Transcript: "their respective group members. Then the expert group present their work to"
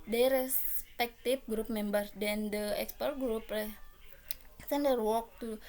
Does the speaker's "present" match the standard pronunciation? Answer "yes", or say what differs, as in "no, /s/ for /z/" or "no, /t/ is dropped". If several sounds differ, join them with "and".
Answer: no, /s/ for /z/